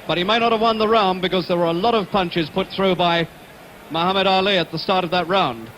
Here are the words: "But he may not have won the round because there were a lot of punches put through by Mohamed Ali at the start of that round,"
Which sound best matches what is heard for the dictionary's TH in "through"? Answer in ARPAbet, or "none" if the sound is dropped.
TH